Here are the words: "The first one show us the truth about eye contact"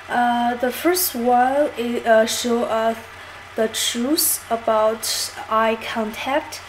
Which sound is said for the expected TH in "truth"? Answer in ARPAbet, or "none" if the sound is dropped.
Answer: S